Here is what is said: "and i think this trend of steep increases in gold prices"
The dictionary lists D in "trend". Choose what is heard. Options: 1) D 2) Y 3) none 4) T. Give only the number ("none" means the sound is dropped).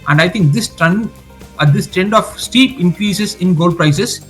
1